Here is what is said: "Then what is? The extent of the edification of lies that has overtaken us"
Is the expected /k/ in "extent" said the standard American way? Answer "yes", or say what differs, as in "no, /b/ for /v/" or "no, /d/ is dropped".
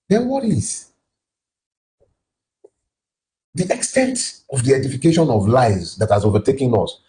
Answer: yes